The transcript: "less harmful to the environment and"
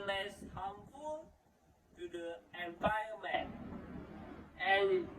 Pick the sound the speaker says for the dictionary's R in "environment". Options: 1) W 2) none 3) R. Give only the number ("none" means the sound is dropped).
2